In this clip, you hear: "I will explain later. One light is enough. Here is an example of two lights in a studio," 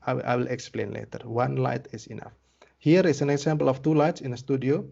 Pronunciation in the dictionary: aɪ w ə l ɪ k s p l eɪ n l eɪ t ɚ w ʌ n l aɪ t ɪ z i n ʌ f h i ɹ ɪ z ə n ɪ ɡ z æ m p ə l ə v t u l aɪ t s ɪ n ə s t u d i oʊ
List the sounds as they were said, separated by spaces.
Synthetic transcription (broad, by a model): aɪ w ə l ɪ k s p l eɪ n l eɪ t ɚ w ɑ n l aɪ t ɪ s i n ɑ f h i ɹ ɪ s ə n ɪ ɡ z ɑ m p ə l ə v t u l aɪ t s ɪ n ə s t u d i oʊ